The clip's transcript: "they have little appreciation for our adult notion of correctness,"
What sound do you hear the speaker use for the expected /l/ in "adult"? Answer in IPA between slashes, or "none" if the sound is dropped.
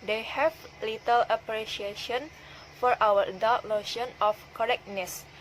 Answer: none